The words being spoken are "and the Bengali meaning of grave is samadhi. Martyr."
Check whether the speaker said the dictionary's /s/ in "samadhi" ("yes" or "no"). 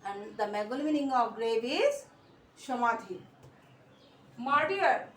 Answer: no